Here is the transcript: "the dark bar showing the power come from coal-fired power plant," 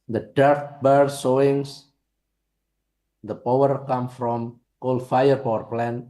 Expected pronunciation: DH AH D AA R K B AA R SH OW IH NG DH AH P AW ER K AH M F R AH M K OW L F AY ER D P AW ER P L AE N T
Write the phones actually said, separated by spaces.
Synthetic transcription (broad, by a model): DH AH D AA R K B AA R S OW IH NG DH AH P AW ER K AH M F R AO M K OW L F AY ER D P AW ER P L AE N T